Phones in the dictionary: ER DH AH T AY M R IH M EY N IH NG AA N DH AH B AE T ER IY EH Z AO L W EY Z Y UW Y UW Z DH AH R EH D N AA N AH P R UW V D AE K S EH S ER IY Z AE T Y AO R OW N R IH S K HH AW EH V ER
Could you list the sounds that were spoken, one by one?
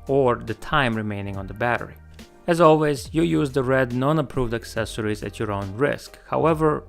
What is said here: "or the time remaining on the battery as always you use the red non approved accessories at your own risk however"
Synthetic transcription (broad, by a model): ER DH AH T AY M R IH M EY N IH NG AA N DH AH B AE T ER IY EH Z AO L W EY Z Y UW Y UW Z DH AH R EH D N AA N AH P R UW V D AE K S EH S ER IY Z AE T Y AO R OW N R IH S K HH AW EH V ER